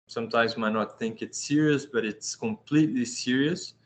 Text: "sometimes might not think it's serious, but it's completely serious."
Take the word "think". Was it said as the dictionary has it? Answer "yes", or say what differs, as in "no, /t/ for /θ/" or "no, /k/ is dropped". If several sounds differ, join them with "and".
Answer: yes